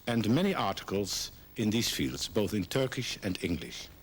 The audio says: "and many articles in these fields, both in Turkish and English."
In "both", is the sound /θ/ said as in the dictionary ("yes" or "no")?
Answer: yes